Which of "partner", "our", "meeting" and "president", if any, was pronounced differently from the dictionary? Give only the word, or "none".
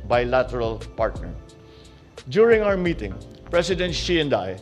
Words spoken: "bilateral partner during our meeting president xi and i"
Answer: president